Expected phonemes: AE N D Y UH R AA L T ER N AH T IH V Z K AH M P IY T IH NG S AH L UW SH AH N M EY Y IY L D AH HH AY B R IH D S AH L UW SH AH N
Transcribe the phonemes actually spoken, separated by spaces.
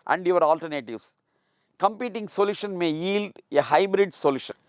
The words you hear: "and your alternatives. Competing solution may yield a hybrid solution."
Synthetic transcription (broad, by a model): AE N D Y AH R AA L T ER N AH T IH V S K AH M P IY T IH NG S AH L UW SH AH N M EY Y IY L D AH HH AY B R IH D S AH L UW SH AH N